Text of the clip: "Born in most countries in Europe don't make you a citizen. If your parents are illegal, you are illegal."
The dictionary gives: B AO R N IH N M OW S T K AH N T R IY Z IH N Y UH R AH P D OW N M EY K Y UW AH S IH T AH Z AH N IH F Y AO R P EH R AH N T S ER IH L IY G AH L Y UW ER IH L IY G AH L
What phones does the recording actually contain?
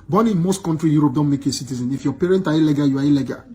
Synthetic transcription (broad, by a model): B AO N IH N M OW S T K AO N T R IY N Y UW R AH P D OW N M EY K AH S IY T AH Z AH N IH F Y AO P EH R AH N T AA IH L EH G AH Y UW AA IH L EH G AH